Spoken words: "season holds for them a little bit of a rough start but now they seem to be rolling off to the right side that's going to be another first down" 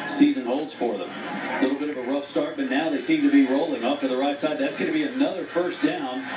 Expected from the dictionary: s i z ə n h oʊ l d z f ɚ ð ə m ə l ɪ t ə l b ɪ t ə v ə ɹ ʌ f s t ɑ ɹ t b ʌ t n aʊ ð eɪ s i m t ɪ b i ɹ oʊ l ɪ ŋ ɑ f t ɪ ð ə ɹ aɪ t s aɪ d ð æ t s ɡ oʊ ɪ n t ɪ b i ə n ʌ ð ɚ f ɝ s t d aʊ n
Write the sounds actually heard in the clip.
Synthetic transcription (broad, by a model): s i z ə n h oʊ l d z f ɚ ð ə m ə l ɪ t l b ɪ t ə v ə ɹ ʌ f s t ɑ ɹ t b ʌ t n aʊ ð eɪ s i m t ɪ b i ɹ oʊ l ɪ ŋ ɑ p t ɪ ð ə ɹ aɪ t s aɪ d ð æ t s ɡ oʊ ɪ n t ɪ b i ə n ʌ ð ɚ f ɝ s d aʊ n